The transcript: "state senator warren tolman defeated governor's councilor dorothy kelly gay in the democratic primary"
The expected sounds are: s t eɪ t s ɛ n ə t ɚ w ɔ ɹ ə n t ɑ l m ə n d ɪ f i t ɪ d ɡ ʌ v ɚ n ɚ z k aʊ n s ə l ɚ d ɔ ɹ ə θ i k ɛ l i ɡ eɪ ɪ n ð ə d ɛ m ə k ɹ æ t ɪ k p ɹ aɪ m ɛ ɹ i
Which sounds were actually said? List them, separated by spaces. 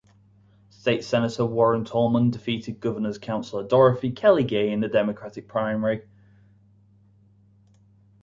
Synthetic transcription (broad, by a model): s t eɪ t s ɛ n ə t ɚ w ɔ ɹ ə n t ɑ l m ə n d ɪ f i t ɪ d ɡ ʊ v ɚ n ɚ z k aʊ n s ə l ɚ d ɔ ɹ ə f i k ɛ l i ɡ eɪ ɪ n ð ə d ɛ m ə k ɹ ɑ t ɪ k p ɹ aɪ m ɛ ɹ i